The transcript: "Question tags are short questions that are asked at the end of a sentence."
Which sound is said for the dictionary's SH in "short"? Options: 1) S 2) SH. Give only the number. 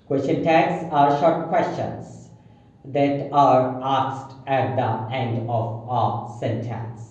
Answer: 2